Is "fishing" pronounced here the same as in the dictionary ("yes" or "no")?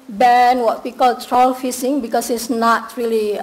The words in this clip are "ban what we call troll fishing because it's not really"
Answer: no